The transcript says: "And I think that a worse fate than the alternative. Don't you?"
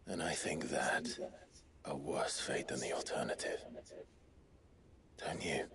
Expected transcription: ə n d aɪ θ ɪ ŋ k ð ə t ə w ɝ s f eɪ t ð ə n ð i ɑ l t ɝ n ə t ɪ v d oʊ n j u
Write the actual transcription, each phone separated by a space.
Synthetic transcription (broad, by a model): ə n aɪ θ ɪ ŋ k ð ə t ə w ɝ s f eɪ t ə n ð i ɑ l t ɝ n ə t ɪ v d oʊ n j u